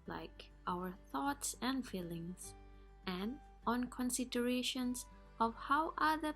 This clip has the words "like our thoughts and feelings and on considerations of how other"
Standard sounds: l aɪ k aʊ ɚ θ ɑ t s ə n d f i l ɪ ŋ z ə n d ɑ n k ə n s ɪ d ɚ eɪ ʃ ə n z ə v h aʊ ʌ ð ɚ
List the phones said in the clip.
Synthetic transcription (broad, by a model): l aɪ k aʊ ɚ θ ɑ t s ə n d f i l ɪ ŋ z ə n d ɑ n k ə n s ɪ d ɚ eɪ ʃ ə n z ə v h aʊ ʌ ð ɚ